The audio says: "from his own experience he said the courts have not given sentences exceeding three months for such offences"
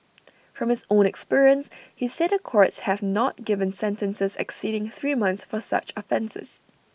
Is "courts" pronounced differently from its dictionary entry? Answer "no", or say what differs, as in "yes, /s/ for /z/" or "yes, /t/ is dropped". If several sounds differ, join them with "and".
no